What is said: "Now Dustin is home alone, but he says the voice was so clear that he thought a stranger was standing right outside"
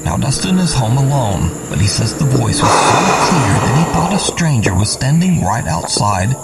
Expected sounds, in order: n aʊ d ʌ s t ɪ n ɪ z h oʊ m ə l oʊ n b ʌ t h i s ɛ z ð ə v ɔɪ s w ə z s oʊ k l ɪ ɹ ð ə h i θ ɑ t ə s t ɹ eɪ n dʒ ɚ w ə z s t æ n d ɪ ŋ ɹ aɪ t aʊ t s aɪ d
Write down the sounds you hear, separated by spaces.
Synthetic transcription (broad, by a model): n aʊ d ʌ s t ɪ n ɪ z h oʊ m ə l oʊ n b ʌ t h i s ɛ z ð ə v ɔɪ s w ə z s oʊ k l ɪ ɹ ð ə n i θ ɑ t ə s t ɹ eɪ n dʒ ɚ w ə z s t æ n d ɪ ŋ ɹ aɪ t aʊ t s aɪ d